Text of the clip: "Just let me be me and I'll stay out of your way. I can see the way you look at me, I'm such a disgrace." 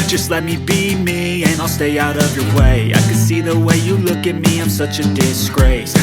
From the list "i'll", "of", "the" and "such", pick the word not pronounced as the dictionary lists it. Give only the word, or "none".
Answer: none